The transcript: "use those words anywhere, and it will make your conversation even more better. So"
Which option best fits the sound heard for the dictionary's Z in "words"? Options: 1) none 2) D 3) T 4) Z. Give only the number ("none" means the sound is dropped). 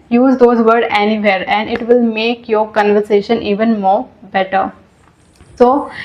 1